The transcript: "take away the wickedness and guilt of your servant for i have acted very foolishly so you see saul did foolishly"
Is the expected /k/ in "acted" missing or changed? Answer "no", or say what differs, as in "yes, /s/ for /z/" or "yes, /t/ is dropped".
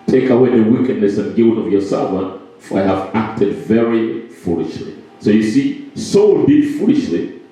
no